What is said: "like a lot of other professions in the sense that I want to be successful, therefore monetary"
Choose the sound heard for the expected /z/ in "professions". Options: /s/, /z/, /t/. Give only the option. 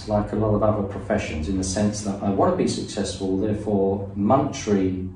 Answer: /z/